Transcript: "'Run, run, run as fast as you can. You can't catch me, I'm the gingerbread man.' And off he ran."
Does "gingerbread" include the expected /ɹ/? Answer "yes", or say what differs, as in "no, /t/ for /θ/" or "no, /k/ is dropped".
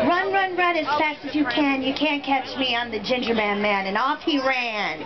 no, /ɹ/ is dropped